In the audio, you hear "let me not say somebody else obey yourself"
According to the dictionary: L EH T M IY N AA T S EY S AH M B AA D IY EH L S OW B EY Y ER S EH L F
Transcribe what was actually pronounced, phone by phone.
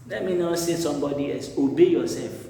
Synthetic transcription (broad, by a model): L EH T M IY N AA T S EY S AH M B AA D IY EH S OW B EY Y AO S EH L F